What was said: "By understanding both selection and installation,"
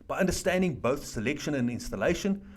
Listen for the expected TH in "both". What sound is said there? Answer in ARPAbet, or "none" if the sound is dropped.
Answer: TH